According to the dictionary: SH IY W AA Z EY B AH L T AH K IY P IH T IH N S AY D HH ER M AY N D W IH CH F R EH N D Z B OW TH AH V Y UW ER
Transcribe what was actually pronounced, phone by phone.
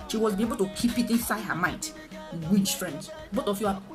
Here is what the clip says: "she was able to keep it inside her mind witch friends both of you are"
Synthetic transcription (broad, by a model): SH IY W AA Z EY B AH L T AH K IY P IH T IH N S AY D HH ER M AY D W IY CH F R EH N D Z B OW T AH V Y UW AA